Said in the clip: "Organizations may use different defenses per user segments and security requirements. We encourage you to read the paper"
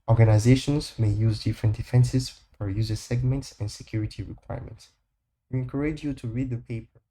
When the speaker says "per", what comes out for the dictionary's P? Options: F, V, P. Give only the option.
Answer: F